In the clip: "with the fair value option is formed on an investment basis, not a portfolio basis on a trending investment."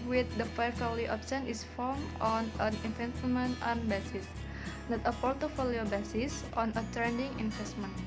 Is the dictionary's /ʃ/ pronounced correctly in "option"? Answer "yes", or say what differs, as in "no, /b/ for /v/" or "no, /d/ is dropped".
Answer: no, /s/ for /ʃ/